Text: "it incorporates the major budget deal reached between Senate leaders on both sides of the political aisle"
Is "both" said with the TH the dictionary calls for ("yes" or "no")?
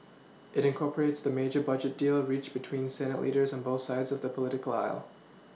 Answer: yes